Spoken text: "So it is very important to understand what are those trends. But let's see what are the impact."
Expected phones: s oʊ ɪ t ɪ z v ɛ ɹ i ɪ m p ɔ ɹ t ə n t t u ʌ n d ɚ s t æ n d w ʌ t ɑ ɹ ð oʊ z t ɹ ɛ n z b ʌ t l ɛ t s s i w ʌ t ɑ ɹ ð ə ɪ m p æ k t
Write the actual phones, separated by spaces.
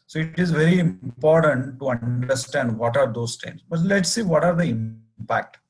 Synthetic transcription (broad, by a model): s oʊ ɪ t ɪ z v ɛ ɹ i ɪ m p ɔ ɹ t ə n t t u ʌ n d ɚ s t æ n d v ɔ t ɑ ɹ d oʊ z t ɛ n s b ʌ t l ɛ t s s i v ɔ t ɑ ɹ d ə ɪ m p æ k t